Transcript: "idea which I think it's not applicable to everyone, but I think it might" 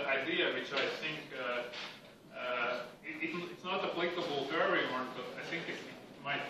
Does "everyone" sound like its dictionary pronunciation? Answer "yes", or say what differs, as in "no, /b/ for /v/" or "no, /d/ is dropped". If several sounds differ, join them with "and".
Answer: no, /v/ is dropped